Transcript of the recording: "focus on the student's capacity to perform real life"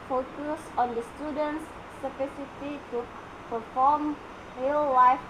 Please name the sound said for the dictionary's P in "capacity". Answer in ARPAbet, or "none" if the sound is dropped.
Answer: F